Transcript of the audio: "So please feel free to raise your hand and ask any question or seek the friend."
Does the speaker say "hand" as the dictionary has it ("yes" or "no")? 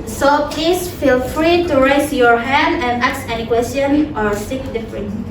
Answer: yes